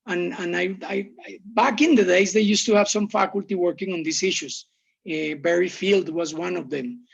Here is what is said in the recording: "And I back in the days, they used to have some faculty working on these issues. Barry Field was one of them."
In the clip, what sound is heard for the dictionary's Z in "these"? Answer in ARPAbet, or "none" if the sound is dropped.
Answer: S